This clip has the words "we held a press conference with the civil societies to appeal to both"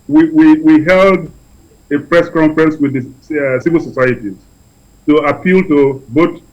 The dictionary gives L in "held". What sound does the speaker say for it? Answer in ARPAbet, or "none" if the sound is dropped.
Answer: L